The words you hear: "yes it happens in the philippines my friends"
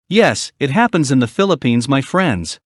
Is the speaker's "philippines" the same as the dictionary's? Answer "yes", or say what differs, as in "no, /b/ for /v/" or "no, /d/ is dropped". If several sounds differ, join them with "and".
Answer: yes